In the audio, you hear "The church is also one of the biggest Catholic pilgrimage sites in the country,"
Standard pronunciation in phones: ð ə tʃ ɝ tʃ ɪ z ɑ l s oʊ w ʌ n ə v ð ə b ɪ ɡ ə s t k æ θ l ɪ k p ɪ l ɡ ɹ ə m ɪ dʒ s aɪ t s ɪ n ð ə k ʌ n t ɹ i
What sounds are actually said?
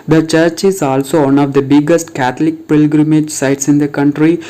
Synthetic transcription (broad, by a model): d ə tʃ ɝ tʃ ɪ z ɑ l s oʊ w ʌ n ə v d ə b ɪ ɡ ə s t k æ t l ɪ k p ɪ l ɡ ɹ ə m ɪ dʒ s aɪ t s ɪ n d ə k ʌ n t ɹ i